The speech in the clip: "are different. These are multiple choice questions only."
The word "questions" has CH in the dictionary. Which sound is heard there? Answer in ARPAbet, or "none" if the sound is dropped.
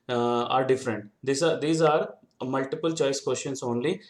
SH